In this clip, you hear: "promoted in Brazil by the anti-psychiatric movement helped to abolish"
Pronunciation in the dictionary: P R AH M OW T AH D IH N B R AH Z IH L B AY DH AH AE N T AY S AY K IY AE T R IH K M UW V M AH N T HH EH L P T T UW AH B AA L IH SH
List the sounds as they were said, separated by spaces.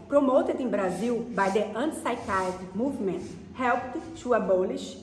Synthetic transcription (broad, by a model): P R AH M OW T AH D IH B R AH Z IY W B AY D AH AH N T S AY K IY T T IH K M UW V M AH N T HH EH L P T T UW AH B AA L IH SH